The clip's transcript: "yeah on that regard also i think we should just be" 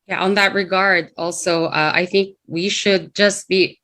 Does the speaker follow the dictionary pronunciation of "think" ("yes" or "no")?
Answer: yes